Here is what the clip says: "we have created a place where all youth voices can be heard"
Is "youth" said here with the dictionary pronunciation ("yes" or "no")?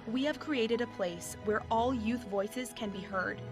yes